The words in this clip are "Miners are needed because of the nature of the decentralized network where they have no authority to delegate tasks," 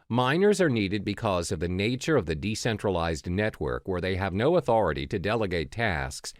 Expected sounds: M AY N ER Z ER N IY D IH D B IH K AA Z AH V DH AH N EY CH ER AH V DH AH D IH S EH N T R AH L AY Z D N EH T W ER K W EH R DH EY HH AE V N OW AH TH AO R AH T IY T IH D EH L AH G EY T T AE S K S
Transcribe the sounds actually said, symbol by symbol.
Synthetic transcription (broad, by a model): M AY N ER Z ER N IY D IH D B IH K AA Z AH V DH AH N EY CH ER AH V DH AH D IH S EH N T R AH L AY Z D N EH T W ER K W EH R DH EY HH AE V N OW AH TH AO R AH T IY T IH D EH L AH G EY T T AE S K S